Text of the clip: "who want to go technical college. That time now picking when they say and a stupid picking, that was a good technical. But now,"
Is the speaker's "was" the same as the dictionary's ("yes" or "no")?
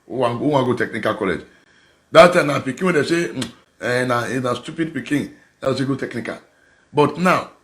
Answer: no